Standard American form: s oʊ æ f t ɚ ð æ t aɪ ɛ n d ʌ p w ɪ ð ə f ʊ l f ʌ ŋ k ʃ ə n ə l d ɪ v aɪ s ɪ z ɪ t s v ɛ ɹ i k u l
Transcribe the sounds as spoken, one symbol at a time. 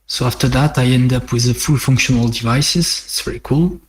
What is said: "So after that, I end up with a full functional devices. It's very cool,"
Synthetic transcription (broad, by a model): s oʊ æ f t ɚ ð æ t aɪ ɛ n d ʌ p w ɪ ð ə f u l f ʌ ŋ k ʃ ə n ə l d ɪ v aɪ s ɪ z ɪ t s v ɛ ɹ i k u l